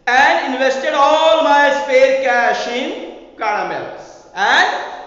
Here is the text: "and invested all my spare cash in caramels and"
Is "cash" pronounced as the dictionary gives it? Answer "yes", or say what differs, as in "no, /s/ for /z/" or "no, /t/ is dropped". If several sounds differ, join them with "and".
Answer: yes